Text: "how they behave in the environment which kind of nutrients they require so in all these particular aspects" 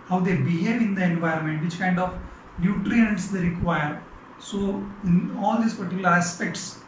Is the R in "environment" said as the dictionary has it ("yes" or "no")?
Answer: yes